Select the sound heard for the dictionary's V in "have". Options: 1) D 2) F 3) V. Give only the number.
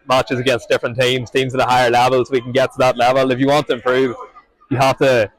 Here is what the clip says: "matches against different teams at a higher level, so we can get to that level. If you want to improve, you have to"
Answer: 2